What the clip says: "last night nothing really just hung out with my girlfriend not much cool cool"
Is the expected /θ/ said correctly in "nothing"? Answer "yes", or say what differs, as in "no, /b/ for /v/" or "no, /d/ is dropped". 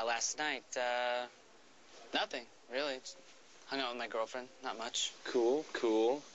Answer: yes